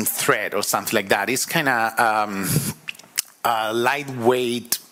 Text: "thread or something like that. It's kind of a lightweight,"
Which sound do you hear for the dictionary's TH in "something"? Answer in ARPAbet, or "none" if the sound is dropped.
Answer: TH